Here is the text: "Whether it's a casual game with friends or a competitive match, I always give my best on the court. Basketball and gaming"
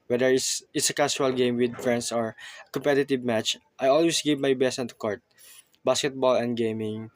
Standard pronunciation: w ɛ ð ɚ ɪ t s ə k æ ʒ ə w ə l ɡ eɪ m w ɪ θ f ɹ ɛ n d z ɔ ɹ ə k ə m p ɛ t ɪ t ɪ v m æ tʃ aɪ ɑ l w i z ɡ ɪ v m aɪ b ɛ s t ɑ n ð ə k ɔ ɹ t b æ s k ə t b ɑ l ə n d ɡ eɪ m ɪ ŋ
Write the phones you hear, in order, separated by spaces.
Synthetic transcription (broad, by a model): w ɛ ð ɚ ɪ t s ə k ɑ ʃ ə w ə l ɡ eɪ m w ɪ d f ɹ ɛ n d s ɔ ɹ ə k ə m p ɛ t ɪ t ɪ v m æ tʃ aɪ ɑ l w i s ɡ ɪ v m aɪ b ɛ s t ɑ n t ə k ɔ ɹ t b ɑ s k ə t b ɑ l ə n d ɡ eɪ m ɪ ŋ